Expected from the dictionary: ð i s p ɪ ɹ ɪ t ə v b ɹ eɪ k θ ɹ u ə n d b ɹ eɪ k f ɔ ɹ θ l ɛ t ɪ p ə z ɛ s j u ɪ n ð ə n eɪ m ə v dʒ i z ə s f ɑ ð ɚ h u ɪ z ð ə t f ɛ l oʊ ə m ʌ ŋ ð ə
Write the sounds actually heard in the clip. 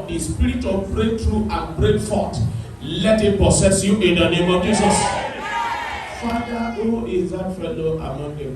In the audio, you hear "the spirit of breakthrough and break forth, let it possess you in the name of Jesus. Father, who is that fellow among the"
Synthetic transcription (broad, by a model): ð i s p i ɹ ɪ t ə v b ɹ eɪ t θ ɹ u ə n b ɹ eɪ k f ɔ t l ɛ t ɪ p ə s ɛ s j u ɪ n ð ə n eɪ m ə v dʒ i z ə s f ɑ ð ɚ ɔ ɪ z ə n f ɛ l oʊ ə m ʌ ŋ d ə